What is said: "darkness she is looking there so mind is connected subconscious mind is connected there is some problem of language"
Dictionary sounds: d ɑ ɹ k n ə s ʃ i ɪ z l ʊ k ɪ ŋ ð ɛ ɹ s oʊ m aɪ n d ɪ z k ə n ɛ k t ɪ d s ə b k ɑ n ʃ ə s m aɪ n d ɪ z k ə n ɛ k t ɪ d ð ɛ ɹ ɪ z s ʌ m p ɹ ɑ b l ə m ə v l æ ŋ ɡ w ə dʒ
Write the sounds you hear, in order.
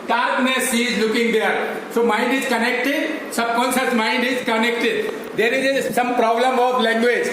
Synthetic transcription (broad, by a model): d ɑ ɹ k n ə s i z l ʊ k ɪ ŋ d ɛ ɹ s oʊ m aɪ n d ɪ z k ə n ɛ k t ɪ d s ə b k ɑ n s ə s m aɪ n d ɪ z k ə n ɛ k t ɪ d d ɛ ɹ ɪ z s ʌ m p ɹ ɑ b l ə m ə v l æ ŋ ɡ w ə dʒ